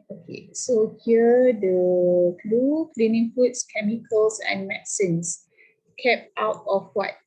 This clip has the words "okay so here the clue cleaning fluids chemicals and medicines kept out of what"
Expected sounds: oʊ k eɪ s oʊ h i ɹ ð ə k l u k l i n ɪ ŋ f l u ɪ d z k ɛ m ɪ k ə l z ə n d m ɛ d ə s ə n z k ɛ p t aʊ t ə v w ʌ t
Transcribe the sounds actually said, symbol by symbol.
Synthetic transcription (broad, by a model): oʊ k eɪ s oʊ h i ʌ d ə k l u k l i n ɪ ŋ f u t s k ɛ m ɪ k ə l s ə n m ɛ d s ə n s k ɛ p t aʊ t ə f w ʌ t